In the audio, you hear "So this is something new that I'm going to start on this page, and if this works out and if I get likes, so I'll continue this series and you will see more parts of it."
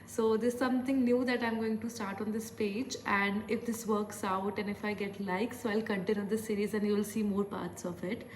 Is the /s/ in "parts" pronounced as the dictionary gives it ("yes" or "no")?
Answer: yes